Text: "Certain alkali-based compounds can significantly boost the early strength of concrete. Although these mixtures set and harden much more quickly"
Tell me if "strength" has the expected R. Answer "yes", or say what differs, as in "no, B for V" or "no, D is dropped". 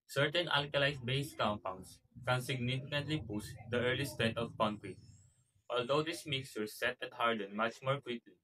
no, R is dropped